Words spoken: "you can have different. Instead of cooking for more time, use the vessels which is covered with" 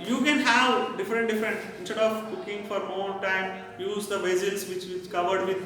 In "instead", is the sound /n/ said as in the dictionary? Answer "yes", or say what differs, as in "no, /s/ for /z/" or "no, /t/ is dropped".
yes